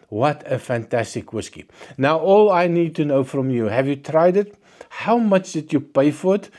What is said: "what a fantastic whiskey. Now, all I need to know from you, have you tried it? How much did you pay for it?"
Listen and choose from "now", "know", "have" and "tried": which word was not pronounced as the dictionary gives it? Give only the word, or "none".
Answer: none